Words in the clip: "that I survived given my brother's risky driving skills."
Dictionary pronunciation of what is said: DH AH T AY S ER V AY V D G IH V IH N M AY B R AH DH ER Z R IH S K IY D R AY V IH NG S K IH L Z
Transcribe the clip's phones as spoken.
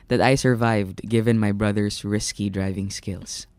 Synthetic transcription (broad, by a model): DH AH T AY S ER V AY V D G IH V IH N M AY B R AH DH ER S R IH S K IY D R AY V IH NG S K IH L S